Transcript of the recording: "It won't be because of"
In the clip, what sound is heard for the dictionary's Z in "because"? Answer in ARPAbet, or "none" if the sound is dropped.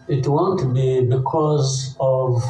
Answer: Z